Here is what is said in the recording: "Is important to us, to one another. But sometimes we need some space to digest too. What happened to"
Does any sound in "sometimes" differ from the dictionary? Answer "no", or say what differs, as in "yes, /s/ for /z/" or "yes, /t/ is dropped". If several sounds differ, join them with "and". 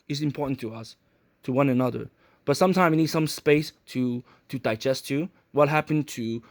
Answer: yes, /z/ is dropped